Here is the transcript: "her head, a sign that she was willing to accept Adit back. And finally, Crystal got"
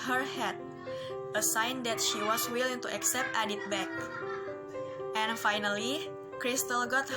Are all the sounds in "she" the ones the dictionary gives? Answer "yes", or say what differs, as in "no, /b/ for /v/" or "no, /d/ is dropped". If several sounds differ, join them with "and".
yes